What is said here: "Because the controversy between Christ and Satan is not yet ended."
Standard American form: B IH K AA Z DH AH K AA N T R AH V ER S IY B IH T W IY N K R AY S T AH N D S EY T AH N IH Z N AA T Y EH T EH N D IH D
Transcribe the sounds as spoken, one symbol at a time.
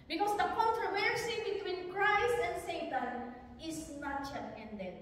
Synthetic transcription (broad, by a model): B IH K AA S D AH K AA N T R AH V ER S IY B IH T W IY N K R AY S T AH N D S EY T AH N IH S N AA T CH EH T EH N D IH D